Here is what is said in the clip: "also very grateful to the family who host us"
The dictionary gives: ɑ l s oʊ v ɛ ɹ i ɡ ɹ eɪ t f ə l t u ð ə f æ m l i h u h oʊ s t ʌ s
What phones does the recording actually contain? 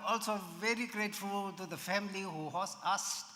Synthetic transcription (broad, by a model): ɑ l s oʊ v ɛ ɹ i ɡ ɹ eɪ t f ə l t u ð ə f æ m l i h u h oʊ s ʌ s